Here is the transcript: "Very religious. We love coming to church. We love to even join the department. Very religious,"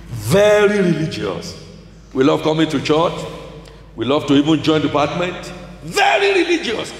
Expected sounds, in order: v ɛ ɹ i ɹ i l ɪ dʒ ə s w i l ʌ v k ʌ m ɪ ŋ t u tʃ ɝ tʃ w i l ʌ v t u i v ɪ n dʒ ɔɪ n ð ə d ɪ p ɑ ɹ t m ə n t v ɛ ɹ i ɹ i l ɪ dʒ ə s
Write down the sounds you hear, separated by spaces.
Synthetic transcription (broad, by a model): v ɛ ɹ i ɹ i l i dʒ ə s w i l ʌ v k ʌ m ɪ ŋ t u tʃ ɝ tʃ w i l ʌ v t u i v ɪ n dʒ ɔɪ n d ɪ p ɑ t m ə n t v ɛ ɹ i ɹ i l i dʒ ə s